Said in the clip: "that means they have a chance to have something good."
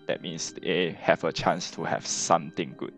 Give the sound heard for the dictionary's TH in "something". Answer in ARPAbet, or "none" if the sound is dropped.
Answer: T